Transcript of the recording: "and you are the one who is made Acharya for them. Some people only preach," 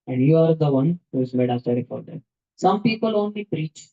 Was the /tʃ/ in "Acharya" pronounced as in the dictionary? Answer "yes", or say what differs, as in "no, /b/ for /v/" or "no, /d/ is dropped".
no, /s/ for /tʃ/